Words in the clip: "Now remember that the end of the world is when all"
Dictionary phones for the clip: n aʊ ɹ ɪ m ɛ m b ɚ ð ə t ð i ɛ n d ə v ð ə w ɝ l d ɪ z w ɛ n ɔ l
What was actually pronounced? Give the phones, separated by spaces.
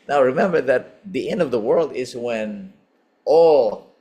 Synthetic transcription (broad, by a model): n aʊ ɹ ɪ m ɛ m b ɚ ð ə t ð i ɛ n d ə v ð ə w ɝ l d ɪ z w ɛ n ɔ